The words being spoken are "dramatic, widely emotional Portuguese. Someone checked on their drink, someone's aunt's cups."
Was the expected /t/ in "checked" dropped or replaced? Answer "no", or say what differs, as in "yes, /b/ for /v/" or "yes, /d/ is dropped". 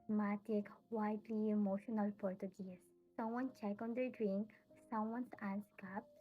yes, /t/ is dropped